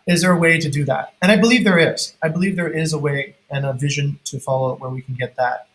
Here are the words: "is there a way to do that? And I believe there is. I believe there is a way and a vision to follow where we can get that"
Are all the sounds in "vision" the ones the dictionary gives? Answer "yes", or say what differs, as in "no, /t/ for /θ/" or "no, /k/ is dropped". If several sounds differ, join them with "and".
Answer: yes